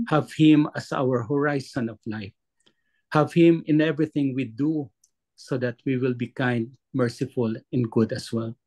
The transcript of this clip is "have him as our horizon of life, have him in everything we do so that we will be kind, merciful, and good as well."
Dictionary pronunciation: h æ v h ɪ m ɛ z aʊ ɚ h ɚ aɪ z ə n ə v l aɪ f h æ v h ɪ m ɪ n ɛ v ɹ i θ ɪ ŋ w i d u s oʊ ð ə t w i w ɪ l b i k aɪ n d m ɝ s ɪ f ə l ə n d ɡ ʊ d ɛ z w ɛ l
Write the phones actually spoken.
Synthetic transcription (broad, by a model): h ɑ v h ɪ m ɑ s aʊ ɚ h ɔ aɪ s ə n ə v l aɪ f h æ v h ɪ m ɪ n ɛ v ɹ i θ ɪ ŋ w i d u s oʊ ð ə t w i w ɪ l b i k aɪ n d m ɝ s ɪ f ə l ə n ɡ ʊ d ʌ s w ɛ l